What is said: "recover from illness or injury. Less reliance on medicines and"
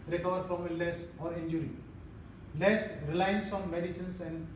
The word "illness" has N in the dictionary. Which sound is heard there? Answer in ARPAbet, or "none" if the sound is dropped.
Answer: none